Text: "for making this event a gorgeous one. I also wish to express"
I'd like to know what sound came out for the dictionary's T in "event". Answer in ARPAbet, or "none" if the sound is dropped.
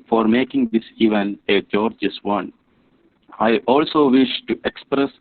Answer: none